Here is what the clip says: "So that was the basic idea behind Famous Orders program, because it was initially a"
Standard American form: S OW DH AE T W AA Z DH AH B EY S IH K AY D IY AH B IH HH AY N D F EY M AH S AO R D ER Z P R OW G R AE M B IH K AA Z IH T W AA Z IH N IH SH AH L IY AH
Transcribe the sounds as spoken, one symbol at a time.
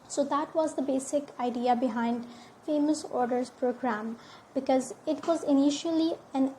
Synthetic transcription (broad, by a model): S OW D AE T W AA Z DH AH B EY S IH K AY D IY AH B IH HH AY N D F EY M AH S AO R D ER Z P R OW G R AE M B IH K AA Z IH T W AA Z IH N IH SH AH L IY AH